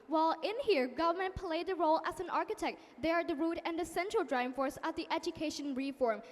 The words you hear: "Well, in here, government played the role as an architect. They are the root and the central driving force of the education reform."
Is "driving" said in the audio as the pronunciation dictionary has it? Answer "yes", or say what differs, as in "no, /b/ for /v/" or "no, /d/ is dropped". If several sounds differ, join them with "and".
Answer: no, /v/ is dropped